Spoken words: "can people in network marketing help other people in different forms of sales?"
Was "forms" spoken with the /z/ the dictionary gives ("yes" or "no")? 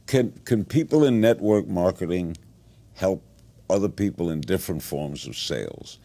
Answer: yes